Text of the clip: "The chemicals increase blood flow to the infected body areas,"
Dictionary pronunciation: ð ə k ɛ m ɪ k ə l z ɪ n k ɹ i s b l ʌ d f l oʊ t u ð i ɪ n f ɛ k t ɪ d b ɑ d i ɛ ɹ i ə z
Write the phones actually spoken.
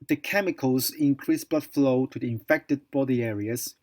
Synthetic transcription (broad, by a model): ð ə k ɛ m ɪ k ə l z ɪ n k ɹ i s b ʌ f l oʊ t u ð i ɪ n f ɛ k t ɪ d b ɑ d i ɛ ɹ i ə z